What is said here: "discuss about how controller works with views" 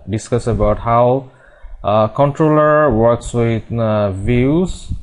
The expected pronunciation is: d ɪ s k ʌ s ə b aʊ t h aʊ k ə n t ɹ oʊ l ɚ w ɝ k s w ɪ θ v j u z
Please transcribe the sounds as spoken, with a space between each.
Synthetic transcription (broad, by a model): d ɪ s k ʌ s ə b aʊ t h aʊ k ə n t ɹ oʊ l ɚ w ɝ k s w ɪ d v j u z